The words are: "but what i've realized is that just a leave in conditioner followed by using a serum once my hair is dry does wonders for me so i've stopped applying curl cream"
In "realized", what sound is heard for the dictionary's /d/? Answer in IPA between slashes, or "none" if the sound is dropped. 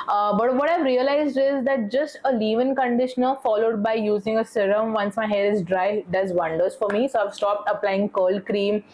/d/